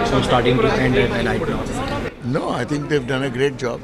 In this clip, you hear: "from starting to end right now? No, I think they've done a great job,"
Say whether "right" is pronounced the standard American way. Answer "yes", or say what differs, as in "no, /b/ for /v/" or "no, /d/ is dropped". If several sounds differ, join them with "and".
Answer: no, /l/ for /ɹ/